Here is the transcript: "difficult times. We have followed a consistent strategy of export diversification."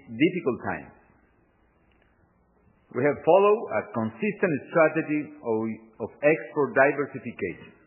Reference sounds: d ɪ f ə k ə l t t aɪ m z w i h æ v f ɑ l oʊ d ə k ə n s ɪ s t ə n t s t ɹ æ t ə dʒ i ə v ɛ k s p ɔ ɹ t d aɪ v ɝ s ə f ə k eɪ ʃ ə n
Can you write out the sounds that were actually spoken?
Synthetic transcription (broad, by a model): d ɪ f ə k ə l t t aɪ m w i h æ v f ɑ l oʊ d ə k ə n s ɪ s t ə n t s t ɹ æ t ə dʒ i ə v ɛ k s p ɔ ɹ t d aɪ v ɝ s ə f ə k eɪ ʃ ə n